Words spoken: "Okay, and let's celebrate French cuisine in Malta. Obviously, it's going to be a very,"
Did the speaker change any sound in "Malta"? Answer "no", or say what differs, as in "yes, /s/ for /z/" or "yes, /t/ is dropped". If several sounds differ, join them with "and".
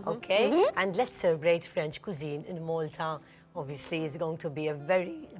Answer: no